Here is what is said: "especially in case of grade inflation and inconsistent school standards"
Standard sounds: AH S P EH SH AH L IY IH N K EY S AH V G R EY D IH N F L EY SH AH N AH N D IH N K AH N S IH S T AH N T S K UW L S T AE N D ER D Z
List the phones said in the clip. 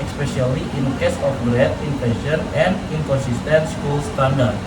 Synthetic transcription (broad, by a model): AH S P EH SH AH L IY IH N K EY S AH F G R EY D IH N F EY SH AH N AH N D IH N K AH N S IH S T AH N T S K UW L S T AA N D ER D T